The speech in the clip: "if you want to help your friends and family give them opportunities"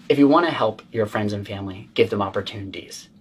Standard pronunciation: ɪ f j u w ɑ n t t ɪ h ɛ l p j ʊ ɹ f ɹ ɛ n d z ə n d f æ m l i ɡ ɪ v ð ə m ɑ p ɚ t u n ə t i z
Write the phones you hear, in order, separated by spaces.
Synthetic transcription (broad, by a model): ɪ f j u w ɑ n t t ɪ h ɛ l p j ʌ ɹ f ɹ ɛ n d z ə n f æ m l i ɡ ɪ v ð ə m ɑ p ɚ t u n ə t i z